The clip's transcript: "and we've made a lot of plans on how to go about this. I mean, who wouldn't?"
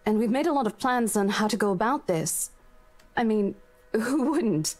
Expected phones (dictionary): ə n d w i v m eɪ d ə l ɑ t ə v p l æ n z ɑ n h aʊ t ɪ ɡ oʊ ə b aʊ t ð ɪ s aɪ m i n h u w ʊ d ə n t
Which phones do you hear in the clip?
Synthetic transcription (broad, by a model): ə n w i v m eɪ d ə l ɑ t ə v p l æ n z n h aʊ t ɪ ɡ oʊ ə b aʊ t ð ɪ s aɪ m i n h u w ʊ d n t